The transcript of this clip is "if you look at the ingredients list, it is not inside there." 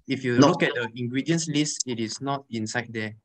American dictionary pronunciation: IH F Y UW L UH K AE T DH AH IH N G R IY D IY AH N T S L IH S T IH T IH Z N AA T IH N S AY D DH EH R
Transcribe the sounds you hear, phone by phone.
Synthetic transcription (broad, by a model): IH F Y UW N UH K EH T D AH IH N G R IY D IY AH N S L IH S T IH T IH S N AA T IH N S AY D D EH